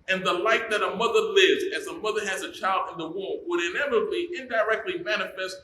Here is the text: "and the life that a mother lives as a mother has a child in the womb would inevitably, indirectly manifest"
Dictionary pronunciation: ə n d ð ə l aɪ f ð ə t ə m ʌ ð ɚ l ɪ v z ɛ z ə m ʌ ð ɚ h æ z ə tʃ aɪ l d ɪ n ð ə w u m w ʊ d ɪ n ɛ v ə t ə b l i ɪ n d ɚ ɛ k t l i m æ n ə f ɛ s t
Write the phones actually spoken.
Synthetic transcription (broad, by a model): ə n ð ə l aɪ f ð ə t ə m ʌ ð ɚ l ɪ v z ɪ z ə m ʌ ð ɚ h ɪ z ə tʃ aɪ l d ɪ n ð ə w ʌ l w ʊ d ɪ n ɛ v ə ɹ b i ɪ n d ɚ ɛ k t l i m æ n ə f ɛ s t